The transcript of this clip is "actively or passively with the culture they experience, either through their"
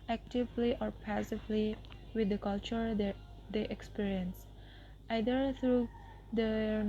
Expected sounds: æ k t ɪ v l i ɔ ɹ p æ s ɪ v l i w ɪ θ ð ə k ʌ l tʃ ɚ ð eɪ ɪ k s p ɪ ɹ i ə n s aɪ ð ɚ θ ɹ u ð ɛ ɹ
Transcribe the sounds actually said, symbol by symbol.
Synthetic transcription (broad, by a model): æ k t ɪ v l i ɔ ɹ p æ s ɪ v l i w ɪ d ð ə k ʌ l tʃ ɚ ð eɪ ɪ k s p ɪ ɹ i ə n s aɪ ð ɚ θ ɹ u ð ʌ